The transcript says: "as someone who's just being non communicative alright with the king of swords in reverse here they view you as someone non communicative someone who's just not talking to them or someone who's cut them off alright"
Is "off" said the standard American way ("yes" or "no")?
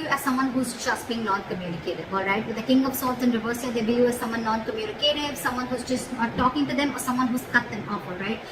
no